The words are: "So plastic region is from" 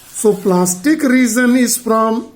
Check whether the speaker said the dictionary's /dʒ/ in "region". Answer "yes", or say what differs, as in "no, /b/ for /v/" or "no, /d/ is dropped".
no, /z/ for /dʒ/